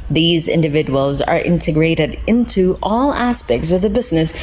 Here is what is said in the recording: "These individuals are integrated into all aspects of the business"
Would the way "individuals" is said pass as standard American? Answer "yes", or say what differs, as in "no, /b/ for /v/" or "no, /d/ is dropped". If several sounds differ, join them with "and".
yes